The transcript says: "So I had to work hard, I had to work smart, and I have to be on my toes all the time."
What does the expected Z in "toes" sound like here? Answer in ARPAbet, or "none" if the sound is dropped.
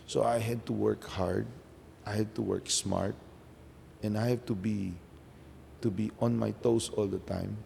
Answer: S